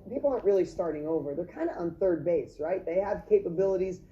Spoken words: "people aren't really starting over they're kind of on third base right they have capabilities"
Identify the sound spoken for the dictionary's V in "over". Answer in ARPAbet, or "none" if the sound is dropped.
V